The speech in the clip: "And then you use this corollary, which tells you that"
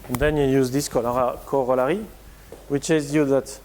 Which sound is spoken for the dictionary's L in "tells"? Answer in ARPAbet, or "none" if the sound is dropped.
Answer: none